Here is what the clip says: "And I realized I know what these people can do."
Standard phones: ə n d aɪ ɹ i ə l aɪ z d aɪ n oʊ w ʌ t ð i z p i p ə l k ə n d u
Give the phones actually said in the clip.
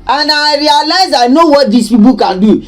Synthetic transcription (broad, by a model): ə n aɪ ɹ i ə l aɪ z aɪ n oʊ w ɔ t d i s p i b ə k ə n d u